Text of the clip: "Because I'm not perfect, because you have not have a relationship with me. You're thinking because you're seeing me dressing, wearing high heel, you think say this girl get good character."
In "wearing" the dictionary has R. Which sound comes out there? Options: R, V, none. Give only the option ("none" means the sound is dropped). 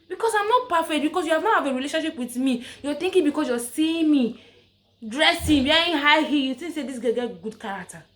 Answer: none